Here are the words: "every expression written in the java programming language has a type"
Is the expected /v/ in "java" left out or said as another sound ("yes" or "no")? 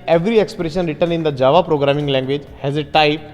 no